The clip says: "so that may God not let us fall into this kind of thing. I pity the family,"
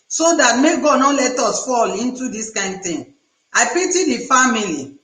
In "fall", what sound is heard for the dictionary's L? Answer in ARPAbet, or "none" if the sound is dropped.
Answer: L